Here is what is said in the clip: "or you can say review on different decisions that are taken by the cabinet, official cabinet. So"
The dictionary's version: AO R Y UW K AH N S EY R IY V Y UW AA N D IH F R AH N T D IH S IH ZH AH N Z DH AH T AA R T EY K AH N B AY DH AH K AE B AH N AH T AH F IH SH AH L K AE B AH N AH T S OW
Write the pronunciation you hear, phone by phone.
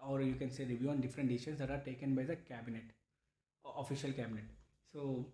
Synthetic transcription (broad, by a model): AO R Y UW K AH N S EY R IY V Y UW AA N D IH F R AH N T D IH IH SH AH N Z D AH T AA R T EY K AH N B AY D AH K AE B AH N AH T AH F IH SH AH L K AE B AH N AH T S OW